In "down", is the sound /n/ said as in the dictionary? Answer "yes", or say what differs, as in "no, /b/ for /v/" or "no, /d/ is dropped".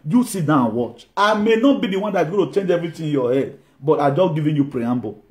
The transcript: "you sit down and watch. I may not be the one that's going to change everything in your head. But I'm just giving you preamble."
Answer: no, /n/ is dropped